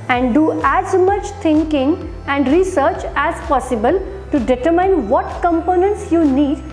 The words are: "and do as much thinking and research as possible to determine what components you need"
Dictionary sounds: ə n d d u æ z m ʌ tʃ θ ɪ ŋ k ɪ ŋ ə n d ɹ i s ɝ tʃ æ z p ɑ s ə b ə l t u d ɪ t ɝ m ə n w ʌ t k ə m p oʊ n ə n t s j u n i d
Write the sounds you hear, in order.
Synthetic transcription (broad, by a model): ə n d d u æ z m ʌ tʃ t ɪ ŋ k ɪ ŋ ə n d ɹ i s ɝ tʃ æ z p ɑ s ə b ə l t u d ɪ t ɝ m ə n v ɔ t k ə m p oʊ n ə n t s j u n i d